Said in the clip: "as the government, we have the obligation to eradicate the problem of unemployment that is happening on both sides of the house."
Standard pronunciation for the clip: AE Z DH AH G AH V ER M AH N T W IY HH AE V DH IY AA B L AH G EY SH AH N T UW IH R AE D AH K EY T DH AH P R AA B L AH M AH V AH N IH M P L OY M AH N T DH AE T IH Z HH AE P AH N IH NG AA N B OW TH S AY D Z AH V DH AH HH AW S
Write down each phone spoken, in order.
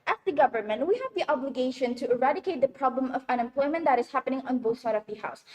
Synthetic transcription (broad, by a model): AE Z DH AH G AH V ER M AH N T W IY HH AE V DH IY AA B L AH G EY SH AH N T UW IH R AE D AH K EY T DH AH P R AA B L AH M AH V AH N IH M P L OY M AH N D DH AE T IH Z HH AE P AH N IH NG AA N B OW TH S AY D AH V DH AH HH AW S